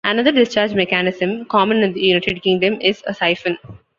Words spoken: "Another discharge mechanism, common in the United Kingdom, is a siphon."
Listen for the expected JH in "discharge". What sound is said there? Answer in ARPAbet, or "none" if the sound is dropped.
JH